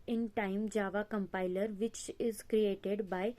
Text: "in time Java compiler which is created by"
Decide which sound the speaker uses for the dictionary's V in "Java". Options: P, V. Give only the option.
V